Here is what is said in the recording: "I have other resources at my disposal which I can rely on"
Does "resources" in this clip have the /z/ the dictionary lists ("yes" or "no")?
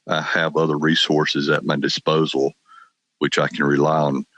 yes